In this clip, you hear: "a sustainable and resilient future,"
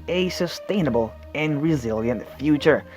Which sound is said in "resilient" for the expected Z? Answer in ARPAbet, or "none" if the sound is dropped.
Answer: Z